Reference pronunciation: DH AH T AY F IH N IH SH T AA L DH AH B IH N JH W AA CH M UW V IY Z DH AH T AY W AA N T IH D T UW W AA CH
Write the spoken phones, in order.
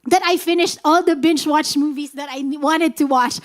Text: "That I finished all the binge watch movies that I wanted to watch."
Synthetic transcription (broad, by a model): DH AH T AY F IH N IH SH T AA L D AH B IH N CH W AA CH M UW V IY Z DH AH T AY W AA N T IH D T UW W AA CH